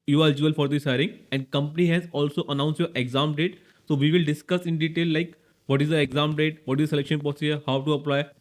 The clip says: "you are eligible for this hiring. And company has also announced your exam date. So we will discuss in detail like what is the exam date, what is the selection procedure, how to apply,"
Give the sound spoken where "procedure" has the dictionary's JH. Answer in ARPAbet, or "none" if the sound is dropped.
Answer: none